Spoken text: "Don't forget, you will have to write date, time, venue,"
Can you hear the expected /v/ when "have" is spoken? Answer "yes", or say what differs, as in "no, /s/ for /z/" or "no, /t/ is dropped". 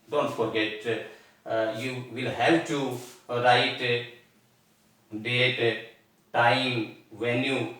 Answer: no, /p/ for /v/